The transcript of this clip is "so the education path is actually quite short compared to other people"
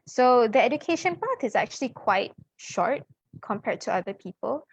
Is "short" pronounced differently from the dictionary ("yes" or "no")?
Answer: no